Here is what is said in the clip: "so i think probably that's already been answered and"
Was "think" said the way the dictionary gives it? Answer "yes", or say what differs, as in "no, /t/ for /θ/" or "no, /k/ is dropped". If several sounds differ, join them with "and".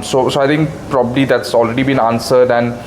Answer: no, /t/ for /θ/